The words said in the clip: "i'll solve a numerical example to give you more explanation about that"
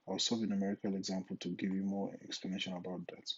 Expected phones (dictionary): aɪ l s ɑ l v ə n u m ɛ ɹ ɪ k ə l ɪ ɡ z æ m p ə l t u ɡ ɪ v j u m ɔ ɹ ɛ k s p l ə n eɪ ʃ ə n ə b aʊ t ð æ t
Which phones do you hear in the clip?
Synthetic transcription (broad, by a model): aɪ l s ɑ v ə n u m ɛ ɹ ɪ k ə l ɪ ɡ z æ m p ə l t u ɡ ɪ v j u m ɔ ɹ ɛ k s p l ə n eɪ ʃ ə n ə b aʊ t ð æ t